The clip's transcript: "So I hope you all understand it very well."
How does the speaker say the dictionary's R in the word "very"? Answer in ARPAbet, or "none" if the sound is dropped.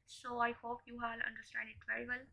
none